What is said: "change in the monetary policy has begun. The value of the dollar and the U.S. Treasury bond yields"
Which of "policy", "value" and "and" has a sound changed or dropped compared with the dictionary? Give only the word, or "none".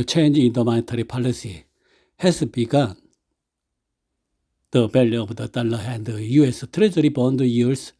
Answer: value